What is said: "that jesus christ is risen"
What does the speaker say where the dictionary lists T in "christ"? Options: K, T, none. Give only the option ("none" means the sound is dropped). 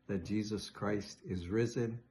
T